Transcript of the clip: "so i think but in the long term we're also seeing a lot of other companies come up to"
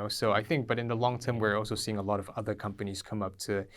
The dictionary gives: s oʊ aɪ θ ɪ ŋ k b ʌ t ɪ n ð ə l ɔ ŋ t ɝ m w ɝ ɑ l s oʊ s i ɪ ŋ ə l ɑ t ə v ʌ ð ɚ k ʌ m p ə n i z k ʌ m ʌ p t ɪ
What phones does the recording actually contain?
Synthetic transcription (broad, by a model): s oʊ aɪ θ ɪ ŋ k b ʌ t ɪ n ð ə l ɔ ŋ t ɝ m w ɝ ɑ l s oʊ s i ɪ ŋ ə l ɑ t ə v ʌ ð ɚ k ʌ m p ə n i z k ʌ m ʌ p t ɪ